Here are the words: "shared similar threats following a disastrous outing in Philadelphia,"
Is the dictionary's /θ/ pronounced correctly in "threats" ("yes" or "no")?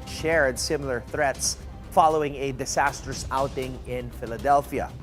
yes